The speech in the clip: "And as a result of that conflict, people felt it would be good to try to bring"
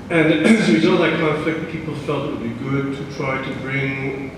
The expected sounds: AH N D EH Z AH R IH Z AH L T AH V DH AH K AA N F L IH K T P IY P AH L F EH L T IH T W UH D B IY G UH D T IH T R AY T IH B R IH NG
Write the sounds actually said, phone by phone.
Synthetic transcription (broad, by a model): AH N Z AH W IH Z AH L AH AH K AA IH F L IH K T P IY P L F EH L T IH T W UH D B IY G UH D T IH T R AY T IH B R IH NG